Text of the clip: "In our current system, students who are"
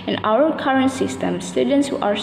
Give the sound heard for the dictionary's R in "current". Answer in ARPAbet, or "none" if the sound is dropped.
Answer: R